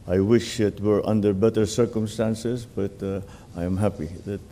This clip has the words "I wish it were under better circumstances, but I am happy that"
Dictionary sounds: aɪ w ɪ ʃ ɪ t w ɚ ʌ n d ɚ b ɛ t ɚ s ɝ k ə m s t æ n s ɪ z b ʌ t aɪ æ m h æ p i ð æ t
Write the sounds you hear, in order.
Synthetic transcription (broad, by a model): aɪ w ɪ ʃ ɪ t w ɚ ʌ n d ɚ b ɛ t ɚ s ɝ k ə m s t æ n s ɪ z b ʌ t aɪ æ m h æ p i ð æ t